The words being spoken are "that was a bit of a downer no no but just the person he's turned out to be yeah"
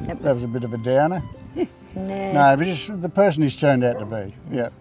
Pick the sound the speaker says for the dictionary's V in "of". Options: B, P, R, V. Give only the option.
V